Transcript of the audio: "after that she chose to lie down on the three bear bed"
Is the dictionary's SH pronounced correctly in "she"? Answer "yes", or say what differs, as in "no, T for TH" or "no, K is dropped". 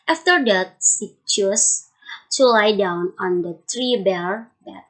no, S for SH